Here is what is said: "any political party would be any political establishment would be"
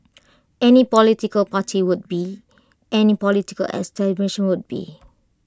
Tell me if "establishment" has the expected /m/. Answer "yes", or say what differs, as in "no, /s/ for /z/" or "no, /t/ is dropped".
no, /m/ is dropped